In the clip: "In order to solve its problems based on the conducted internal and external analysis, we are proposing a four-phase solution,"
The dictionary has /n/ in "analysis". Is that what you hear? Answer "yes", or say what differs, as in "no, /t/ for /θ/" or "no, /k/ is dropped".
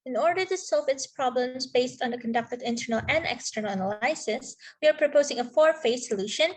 no, /l/ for /n/